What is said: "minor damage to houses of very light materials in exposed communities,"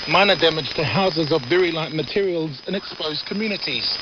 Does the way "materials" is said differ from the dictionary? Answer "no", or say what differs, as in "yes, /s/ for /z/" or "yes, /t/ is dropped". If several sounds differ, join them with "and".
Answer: no